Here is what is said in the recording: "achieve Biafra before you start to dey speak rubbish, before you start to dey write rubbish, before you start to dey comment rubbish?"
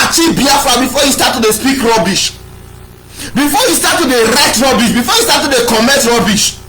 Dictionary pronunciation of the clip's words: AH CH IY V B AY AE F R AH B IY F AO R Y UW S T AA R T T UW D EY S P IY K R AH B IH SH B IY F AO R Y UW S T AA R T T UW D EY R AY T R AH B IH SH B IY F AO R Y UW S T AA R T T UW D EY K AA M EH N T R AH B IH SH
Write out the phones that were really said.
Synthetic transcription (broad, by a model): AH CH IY B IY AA F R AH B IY F AO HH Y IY S T AA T T UW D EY S P IY K R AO B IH SH B IY F AO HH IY S T AA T T UW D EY R AY T R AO B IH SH B IY F AO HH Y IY S T AA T T UW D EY K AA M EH T R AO B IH SH